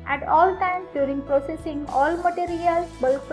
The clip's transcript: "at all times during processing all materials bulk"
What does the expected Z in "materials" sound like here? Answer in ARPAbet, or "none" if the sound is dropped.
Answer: none